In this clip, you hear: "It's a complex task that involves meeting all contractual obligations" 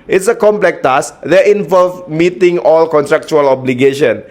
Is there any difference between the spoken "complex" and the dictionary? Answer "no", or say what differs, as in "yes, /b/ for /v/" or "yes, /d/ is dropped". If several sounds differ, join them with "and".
yes, /s/ is dropped